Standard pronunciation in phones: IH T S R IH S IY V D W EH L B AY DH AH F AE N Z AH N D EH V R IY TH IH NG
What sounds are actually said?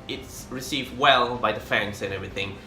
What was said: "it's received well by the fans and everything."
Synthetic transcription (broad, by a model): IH T S R IH S IY V D W EH L B AY DH AH F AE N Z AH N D EH V R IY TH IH NG